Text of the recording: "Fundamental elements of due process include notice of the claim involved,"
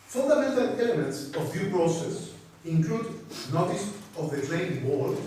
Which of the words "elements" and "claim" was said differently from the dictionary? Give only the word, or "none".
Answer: claim